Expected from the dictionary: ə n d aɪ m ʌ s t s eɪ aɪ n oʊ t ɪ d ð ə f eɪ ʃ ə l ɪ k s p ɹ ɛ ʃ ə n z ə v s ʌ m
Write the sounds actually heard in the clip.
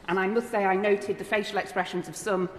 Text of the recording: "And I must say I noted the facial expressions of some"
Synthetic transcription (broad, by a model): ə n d aɪ m ʌ s t s eɪ aɪ n oʊ t ɪ d ð ə f eɪ ʃ ə l ɪ k s p ɹ ɛ ʃ ə n z ə v s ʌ m